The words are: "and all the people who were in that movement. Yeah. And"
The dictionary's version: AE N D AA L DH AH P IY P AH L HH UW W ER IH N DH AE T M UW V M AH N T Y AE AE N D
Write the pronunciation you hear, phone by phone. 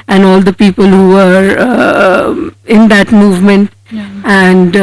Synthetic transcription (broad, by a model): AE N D AA L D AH P IY P AH L HH UW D IH N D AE T M UW V M AH N T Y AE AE N D